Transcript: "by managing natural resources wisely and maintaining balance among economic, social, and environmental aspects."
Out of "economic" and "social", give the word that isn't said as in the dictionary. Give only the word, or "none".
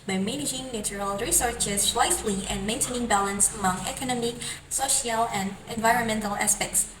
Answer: none